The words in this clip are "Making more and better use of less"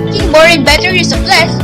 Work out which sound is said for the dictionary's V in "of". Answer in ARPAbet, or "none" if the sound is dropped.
P